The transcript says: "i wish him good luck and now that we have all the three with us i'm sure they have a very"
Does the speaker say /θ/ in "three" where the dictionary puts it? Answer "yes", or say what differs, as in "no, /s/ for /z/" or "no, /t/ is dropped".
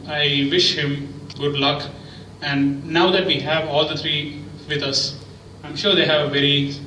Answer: no, /t/ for /θ/